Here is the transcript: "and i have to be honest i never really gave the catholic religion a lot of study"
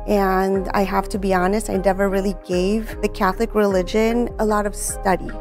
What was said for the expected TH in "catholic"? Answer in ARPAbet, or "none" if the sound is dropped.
TH